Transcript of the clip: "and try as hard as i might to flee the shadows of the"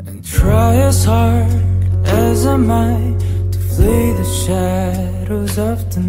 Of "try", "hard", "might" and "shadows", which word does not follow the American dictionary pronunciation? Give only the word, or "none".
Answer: none